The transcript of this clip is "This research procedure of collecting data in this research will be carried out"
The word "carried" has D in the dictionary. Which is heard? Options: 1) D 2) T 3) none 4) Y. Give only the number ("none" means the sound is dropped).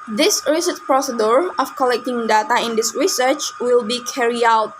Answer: 3